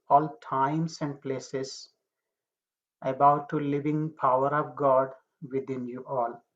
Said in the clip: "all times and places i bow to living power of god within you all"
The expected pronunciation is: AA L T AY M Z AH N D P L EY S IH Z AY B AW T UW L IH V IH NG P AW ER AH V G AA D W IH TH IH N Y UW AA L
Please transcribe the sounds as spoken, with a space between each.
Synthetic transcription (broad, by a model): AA L T AY M S AH N D P L EY S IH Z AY B AW T UW L IH V IH NG P AW ER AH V G AA D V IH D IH N Y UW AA L